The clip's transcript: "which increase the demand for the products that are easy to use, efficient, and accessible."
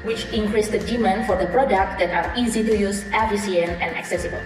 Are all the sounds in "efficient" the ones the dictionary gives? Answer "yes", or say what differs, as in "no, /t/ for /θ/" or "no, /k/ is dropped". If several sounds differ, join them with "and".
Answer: no, /s/ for /ʃ/ and /t/ is dropped